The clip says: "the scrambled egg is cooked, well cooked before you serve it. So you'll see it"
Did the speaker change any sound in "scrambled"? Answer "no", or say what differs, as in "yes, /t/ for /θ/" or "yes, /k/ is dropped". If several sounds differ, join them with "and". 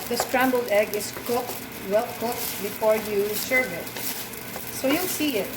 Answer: no